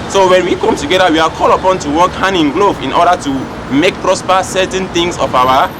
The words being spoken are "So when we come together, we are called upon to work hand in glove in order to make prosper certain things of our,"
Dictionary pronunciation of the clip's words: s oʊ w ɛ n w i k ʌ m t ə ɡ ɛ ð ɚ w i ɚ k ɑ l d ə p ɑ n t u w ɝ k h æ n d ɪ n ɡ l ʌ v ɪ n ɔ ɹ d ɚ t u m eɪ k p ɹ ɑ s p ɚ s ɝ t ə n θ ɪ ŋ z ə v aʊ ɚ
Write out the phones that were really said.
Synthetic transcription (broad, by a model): s oʊ w ɛ n w i k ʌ m t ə ɡ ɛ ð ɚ w i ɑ k ɑ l ə p ɑ n t u w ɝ k h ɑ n ɪ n ɡ l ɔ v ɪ n ɔ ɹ d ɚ t u m eɪ k p ɹ ɑ s p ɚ s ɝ t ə n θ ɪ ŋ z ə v aʊ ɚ